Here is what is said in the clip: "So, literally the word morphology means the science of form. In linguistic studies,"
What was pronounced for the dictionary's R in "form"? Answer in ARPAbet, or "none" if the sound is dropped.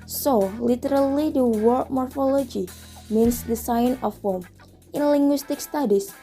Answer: L